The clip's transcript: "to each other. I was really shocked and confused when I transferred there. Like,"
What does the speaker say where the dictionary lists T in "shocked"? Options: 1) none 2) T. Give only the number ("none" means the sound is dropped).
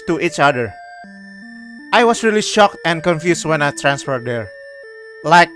2